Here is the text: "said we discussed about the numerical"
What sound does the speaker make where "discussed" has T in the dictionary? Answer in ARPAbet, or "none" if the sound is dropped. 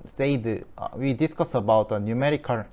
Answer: none